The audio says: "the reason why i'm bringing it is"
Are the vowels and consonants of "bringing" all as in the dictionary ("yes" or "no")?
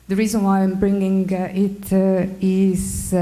yes